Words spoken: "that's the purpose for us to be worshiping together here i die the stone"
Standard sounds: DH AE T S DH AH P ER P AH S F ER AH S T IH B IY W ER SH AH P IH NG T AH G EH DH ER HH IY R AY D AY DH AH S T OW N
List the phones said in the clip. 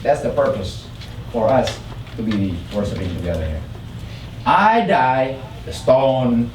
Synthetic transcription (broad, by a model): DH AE T S DH AH P ER P AH S F ER AH S T IH B IY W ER S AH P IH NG T AH G EH DH ER HH IY R AY D AY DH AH S T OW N